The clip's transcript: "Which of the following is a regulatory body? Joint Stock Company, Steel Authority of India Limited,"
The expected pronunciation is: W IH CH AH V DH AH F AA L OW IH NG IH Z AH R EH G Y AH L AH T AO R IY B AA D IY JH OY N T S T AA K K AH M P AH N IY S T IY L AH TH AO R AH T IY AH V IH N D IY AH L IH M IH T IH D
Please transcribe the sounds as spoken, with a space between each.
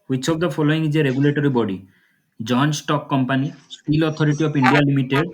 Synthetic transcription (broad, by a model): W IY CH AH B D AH P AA L OW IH NG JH AH R EH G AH L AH T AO R IY B AA D IY JH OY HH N S T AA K K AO M P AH N IY S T IY L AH T AO R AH T IY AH P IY N D IY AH L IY M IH T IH D